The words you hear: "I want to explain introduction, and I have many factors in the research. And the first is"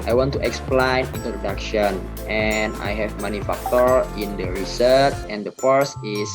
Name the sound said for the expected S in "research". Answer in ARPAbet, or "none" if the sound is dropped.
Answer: S